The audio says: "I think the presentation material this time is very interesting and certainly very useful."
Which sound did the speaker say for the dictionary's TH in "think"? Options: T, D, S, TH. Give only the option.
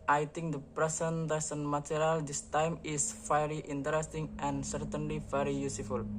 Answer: T